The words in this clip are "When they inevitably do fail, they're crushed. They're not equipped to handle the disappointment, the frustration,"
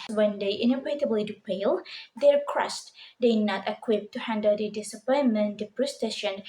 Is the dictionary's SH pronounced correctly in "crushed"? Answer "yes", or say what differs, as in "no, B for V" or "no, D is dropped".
no, S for SH